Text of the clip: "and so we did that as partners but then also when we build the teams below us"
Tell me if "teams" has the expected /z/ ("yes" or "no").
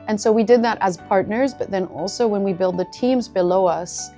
yes